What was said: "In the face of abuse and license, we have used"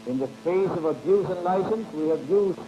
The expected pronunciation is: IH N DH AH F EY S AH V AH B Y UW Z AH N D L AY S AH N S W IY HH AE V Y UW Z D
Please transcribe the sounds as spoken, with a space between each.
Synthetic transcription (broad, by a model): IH N DH AH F EY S AH V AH B Y UW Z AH N L AY S AH N S W IY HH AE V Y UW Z